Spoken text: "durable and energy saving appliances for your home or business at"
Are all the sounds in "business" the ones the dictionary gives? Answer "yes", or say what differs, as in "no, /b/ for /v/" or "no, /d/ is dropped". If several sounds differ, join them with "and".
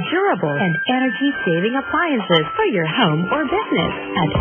yes